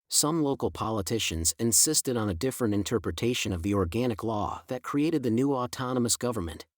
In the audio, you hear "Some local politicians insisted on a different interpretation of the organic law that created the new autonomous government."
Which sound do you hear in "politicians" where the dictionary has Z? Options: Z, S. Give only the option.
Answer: Z